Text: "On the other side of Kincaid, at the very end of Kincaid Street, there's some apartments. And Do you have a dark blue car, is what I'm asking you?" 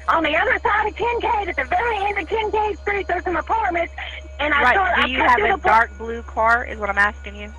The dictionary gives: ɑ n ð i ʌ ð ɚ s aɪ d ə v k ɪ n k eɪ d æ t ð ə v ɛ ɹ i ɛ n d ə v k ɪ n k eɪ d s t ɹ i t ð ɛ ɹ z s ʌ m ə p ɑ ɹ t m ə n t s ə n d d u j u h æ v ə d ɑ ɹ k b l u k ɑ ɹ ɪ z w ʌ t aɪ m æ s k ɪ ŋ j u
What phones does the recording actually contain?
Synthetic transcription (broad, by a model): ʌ n ð i ʌ ð ɚ s aɪ d ə v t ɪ n k eɪ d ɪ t ð ə v ɛ ɹ i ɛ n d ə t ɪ n k eɪ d s t ɹ i t ð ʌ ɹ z s ʌ m ə p ɑ ɹ t m ə n t s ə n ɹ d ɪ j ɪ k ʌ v ə d ɑ ɹ k b l u k ɑ ɹ ɪ z w ʌ t aɪ m æ s k ɪ ŋ j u